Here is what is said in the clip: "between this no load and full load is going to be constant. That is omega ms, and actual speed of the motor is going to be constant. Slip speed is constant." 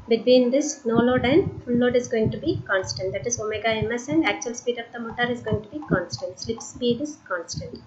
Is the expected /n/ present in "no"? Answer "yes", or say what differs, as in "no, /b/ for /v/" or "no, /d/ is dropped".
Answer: yes